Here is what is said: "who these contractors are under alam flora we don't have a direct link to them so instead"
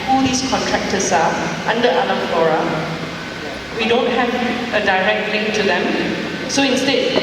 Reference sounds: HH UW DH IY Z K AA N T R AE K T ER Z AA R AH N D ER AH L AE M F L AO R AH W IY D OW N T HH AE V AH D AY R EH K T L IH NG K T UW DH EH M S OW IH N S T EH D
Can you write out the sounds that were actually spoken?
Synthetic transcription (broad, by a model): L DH IY S K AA N T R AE K T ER S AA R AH N D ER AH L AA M F L AO R AH W IY D OW N T HH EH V AH D AY R EH K T L IH NG K T UW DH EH M S OW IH N S T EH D